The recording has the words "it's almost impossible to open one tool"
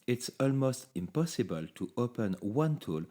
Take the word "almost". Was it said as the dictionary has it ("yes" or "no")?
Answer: yes